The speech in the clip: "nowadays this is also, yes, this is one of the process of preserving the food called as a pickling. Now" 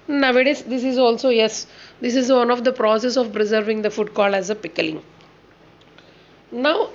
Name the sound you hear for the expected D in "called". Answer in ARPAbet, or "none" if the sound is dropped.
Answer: none